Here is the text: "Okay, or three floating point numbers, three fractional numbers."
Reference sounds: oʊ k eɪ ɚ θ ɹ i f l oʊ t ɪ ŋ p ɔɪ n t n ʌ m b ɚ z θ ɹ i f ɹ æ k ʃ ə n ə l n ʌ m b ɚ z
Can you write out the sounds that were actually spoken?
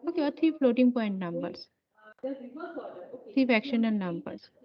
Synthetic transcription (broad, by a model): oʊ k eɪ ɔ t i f l oʊ t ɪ ŋ p ɔɪ n t n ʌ m b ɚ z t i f æ k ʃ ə n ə l n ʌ m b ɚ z